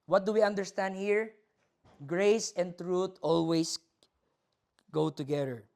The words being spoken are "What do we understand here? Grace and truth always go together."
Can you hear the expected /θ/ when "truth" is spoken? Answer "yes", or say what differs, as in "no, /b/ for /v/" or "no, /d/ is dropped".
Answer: no, /t/ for /θ/